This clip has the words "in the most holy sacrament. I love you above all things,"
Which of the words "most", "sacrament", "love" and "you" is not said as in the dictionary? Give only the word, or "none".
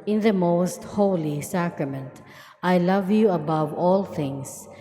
none